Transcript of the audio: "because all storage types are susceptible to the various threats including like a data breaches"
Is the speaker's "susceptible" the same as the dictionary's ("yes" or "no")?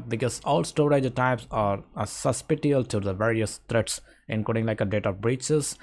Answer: no